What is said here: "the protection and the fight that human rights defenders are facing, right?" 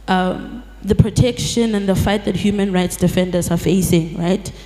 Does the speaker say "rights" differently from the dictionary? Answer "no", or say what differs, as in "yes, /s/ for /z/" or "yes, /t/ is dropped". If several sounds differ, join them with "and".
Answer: no